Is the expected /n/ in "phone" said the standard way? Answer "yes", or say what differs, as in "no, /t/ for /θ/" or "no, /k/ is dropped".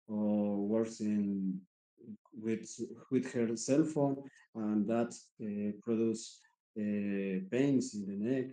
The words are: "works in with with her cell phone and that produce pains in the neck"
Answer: yes